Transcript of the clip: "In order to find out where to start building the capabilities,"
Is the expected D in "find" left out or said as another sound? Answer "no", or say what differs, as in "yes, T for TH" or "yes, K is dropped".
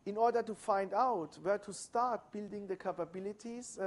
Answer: no